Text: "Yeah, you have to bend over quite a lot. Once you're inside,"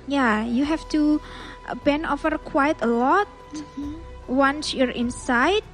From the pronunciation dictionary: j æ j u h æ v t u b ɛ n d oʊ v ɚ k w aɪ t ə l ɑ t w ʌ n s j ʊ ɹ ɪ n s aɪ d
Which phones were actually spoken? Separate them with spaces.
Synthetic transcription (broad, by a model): j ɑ j u h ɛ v t u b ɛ n oʊ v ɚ k w aɪ t ə l ɑ t w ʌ n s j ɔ ɹ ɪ n s aɪ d